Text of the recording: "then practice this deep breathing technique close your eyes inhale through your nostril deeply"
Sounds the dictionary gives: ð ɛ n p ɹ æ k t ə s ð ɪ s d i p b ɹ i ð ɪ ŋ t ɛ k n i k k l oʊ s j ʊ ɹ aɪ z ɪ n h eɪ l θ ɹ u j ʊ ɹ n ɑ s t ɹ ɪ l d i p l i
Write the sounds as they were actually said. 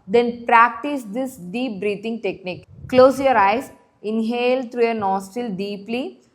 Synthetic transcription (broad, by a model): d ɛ n p ɹ æ k t ə s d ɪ s d i p b ɹ i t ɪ ŋ t ɛ k n i k k l oʊ s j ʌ ɹ aɪ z ɪ n h eɪ l t ɹ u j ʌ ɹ n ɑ s t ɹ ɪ l d i p l i